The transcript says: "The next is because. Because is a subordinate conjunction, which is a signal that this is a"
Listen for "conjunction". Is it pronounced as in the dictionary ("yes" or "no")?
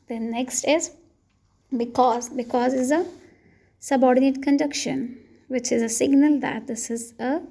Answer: no